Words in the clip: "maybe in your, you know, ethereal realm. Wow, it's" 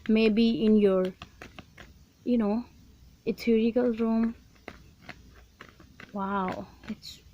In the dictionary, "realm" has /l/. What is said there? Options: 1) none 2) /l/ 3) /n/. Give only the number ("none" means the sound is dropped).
1